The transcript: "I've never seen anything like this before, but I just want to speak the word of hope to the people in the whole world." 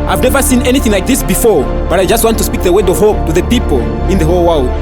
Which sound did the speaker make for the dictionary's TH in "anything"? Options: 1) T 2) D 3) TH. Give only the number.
3